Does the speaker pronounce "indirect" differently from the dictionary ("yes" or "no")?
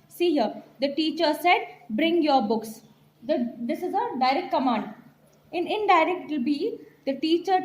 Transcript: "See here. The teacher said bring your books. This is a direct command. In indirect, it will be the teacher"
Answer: yes